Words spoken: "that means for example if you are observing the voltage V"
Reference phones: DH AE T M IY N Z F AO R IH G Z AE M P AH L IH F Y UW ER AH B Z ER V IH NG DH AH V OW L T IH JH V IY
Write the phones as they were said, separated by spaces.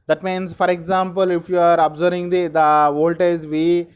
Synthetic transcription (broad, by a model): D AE T M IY N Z F AO R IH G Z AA M P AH L IH F Y UW ER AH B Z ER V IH NG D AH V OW L T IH Z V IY